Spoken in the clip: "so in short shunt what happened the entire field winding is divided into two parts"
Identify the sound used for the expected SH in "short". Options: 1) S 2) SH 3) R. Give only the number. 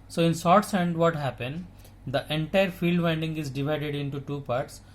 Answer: 1